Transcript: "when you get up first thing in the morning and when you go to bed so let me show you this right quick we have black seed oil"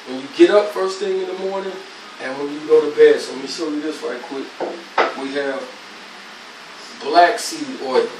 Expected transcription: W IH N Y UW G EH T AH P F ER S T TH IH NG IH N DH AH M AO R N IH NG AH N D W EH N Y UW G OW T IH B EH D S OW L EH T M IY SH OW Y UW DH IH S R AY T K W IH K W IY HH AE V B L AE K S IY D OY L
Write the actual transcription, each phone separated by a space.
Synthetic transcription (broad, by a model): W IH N Y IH G EH T AH P F ER S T TH IH NG IH N DH AH M AO R N IH NG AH N W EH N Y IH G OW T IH B EH D S OW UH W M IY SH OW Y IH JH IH S L AY K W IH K W IY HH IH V B L AE K S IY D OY